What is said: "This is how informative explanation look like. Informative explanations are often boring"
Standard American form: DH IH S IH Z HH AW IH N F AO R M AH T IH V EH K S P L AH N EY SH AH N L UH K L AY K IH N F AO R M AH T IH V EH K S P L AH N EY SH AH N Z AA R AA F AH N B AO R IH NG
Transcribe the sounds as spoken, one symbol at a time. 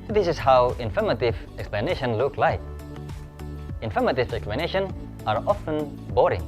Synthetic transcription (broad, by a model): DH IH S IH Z HH AW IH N F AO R M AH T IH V EH K S P L AH N EY SH AH N L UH K L AY K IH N F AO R M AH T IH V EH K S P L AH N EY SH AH N AA R AA F AH N B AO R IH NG